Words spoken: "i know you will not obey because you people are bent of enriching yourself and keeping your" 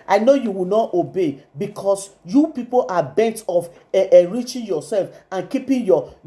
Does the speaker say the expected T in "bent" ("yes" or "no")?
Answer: yes